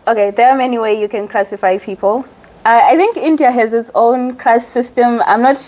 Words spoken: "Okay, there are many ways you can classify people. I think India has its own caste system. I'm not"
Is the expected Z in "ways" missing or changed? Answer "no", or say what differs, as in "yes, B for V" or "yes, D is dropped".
yes, Z is dropped